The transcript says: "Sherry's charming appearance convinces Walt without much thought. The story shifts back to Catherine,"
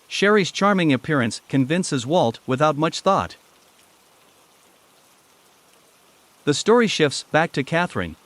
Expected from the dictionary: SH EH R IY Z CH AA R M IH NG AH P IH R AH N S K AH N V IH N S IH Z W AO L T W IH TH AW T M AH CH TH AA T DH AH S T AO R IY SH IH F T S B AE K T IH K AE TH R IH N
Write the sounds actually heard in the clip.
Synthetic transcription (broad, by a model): SH EH R IY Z CH AA R M IH NG AH P IH R AH N S K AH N V IH N S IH Z W AO L T W IH TH AW T M AH CH TH AA T DH AH S T AO R IY SH IH F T S B AE K T IH K AE TH R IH N